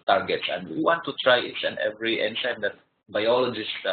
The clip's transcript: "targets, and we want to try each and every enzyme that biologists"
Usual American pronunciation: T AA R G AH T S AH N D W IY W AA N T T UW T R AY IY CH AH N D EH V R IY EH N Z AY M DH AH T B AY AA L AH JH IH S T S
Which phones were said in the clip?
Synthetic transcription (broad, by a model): T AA R G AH T S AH N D W IY W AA N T T UW T R AY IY S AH N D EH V R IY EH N S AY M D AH T B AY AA L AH JH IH S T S